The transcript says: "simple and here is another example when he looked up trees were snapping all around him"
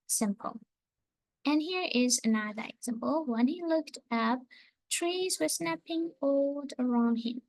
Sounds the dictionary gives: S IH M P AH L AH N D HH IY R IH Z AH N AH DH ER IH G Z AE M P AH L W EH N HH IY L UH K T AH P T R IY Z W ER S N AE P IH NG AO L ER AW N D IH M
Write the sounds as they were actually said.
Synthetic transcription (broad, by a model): S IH M P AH L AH N HH IY R IH Z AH N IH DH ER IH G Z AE M P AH L W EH N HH IY L UH K T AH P T R IY Z W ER S N AE P IH NG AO L ER AW N D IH M